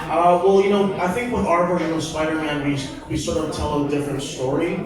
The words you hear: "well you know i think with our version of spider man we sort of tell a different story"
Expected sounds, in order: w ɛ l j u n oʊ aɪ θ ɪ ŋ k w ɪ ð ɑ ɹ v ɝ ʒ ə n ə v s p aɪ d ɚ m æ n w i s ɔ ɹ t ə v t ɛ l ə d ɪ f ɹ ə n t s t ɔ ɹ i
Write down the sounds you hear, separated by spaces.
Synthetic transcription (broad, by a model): w ɛ l j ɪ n oʊ aɪ θ ɪ ŋ k w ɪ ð ɑ ɹ b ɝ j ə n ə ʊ s p aɪ d ɚ m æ n w i s ɔ ɹ t ə v t ɛ l ə d ɪ f ɹ ə n t s t ɔ ɹ i